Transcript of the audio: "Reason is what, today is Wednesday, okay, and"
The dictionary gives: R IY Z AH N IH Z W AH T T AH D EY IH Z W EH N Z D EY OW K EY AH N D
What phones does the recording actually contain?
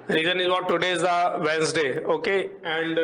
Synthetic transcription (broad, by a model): R IY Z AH N IH Z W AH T T AH D EY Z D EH N S D EY OW K EY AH N D